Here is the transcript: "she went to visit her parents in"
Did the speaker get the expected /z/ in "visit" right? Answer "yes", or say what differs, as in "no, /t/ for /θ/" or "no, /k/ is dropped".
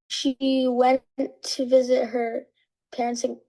yes